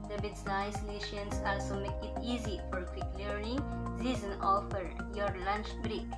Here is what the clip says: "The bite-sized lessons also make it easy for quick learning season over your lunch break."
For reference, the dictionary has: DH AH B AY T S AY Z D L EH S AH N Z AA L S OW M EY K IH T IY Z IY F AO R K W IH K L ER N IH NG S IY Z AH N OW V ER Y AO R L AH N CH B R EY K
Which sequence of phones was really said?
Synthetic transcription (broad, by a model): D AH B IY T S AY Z L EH SH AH N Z AA L S OW M EY K IH T IY Z IY F AO R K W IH K L ER N IH NG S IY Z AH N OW F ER Y AO R L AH N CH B R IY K